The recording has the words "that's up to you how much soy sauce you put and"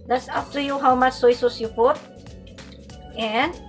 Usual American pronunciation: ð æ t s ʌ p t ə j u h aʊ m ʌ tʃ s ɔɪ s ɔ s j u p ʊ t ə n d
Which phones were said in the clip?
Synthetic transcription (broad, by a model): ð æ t s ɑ f t ə j u h aʊ m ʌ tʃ s ɔɪ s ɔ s j u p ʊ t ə n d